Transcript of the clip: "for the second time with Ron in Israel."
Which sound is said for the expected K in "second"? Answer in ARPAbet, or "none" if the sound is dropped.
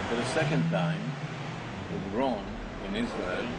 K